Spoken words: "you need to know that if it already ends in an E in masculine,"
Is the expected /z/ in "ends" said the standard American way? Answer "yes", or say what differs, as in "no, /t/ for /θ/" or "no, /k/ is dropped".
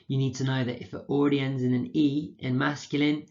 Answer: yes